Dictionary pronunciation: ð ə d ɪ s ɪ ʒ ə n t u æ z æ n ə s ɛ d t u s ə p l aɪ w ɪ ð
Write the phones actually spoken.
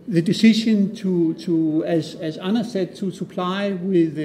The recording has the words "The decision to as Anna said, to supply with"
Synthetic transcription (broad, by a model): ð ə d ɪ s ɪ ʃ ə n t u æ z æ n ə s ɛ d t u s ə p l aɪ w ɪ ð